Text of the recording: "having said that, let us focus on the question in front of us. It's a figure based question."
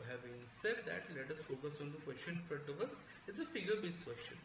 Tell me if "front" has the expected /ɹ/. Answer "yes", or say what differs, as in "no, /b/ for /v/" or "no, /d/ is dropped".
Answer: no, /ɹ/ is dropped